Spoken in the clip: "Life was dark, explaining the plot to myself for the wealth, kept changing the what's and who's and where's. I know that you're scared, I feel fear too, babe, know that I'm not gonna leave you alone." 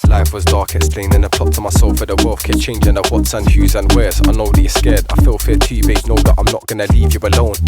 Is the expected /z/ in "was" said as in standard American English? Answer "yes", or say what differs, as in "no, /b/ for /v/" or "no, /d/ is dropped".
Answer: yes